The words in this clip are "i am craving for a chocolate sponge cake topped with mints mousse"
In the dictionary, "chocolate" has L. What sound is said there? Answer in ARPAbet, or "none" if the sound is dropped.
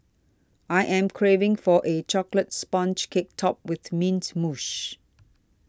L